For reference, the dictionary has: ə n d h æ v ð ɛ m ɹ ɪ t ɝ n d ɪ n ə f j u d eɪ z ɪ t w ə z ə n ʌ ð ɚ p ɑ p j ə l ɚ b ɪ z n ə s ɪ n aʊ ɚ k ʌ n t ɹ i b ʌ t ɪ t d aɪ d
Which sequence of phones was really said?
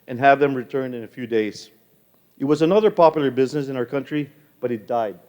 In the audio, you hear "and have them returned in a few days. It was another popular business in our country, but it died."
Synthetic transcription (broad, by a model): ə n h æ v ð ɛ m ɹ ɪ t ɝ n d ɪ n ə f j u d eɪ z ɪ t w ə z ə n ʌ ð ɚ p ɑ p j l ɚ b ɪ z n ə s ɪ n aʊ ɚ k ʌ n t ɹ i b ʌ t ɪ t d aɪ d